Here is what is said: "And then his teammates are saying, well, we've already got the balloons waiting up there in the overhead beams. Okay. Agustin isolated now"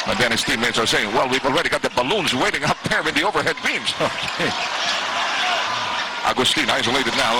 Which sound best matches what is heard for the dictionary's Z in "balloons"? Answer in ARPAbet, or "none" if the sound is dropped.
Z